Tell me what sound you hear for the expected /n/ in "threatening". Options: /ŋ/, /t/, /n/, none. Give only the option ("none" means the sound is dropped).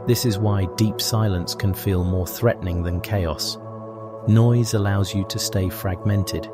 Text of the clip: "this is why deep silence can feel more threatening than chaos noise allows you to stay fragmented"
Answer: /n/